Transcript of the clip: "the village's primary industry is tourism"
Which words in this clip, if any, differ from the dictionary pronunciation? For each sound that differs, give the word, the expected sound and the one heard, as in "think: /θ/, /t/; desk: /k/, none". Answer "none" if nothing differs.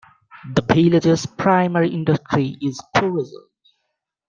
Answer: village's: /v/, /b/